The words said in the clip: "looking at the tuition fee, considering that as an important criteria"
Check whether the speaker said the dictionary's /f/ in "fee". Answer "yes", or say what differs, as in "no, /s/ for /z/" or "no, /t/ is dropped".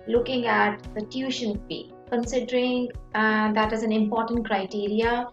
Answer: no, /p/ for /f/